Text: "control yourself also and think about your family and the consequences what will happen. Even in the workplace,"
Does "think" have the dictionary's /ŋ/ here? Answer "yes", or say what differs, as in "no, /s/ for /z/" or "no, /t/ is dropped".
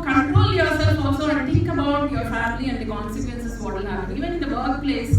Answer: no, /ŋ/ is dropped